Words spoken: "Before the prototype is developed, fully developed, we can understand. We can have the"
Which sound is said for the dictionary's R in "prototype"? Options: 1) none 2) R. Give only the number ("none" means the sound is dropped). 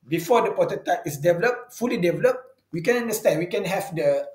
1